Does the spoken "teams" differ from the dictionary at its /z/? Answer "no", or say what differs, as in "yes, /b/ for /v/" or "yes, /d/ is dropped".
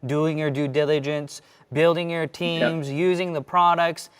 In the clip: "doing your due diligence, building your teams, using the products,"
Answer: no